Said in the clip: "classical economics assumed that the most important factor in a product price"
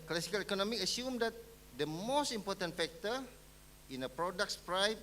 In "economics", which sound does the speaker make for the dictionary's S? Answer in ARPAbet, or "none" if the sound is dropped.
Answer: none